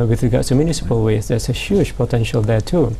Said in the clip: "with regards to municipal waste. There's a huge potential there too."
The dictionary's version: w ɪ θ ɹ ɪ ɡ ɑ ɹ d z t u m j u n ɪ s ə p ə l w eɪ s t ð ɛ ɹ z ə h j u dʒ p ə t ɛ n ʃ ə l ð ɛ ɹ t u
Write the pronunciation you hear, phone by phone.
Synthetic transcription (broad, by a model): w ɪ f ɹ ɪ ɡ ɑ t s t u m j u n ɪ s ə p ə l w eɪ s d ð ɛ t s ə h j u dʒ p ə t ɛ n ʃ ə l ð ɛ t u